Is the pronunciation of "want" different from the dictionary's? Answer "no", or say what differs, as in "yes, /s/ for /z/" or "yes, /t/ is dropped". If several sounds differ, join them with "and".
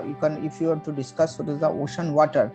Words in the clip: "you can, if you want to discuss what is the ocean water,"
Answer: yes, /n/ is dropped